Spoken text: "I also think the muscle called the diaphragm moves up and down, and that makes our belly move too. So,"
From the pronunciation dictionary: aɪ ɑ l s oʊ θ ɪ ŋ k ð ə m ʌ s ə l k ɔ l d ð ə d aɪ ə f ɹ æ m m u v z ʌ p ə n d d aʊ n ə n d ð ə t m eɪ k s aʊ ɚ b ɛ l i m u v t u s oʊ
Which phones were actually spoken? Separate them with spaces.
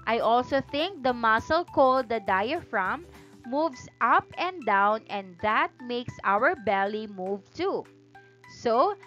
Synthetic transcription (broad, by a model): aɪ ɑ l s oʊ θ ɪ ŋ k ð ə m ʌ s ə l k ɔ l d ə d aɪ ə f ɹ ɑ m m u v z ʌ p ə n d d aʊ n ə n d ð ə t m eɪ k s aʊ ɚ b ɛ l i m u v t u s oʊ